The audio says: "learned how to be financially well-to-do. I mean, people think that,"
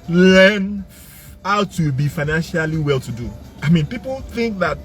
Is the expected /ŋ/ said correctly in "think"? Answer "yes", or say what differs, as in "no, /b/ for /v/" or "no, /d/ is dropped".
yes